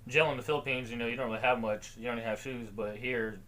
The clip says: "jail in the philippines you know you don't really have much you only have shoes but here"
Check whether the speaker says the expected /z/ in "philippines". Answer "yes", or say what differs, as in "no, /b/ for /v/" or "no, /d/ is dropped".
yes